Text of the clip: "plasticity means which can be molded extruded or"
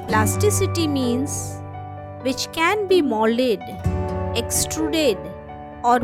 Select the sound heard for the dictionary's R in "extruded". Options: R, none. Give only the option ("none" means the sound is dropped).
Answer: R